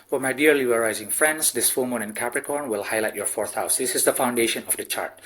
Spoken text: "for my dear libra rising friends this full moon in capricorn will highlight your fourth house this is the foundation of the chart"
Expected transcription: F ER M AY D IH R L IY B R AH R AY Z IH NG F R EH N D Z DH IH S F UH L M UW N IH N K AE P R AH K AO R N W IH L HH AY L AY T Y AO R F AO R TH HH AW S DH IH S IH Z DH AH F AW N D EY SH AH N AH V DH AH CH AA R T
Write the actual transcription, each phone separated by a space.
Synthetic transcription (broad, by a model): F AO M AY D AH R L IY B AH R AY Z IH NG F R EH N D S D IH S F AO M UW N IH N K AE P R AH K AO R N W IH L HH AY L AY T Y AO R F AO R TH HH AW S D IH S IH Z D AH F AW N D EY SH AH N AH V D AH CH AA R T